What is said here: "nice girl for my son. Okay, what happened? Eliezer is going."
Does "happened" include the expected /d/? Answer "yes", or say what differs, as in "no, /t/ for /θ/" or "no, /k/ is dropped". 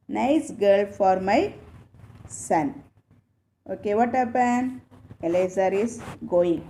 no, /d/ is dropped